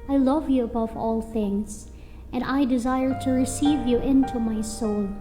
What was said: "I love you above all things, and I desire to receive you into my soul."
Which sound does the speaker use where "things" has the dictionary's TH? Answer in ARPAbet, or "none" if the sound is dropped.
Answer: TH